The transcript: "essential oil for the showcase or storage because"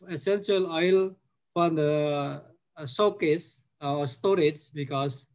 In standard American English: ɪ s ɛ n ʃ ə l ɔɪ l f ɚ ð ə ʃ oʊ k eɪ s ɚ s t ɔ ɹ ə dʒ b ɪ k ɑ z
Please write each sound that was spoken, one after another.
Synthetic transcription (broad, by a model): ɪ s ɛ n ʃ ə l ɔɪ l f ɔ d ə s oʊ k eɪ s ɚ s t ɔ ɹ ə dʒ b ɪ k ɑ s